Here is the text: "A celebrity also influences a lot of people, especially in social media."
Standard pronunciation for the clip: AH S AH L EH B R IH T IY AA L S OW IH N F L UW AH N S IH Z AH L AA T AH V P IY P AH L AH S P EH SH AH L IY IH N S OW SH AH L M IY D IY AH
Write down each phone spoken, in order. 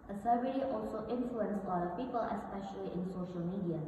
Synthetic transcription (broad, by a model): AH S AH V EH R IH T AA L S OW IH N F L UW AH N S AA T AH P IY P AH L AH S P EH SH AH L IY IH N S OW SH AH L M IY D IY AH